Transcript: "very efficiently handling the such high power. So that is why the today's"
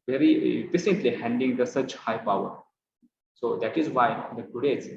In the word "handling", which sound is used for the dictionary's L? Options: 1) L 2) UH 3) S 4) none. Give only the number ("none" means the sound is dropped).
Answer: 4